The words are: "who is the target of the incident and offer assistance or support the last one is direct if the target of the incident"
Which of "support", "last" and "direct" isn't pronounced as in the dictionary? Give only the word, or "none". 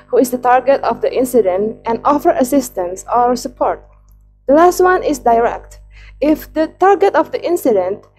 none